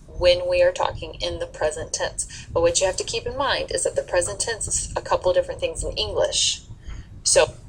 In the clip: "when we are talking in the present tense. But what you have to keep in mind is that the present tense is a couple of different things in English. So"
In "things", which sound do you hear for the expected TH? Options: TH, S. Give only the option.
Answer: TH